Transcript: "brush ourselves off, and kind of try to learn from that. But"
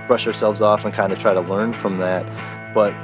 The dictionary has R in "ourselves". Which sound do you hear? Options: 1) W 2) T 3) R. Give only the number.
3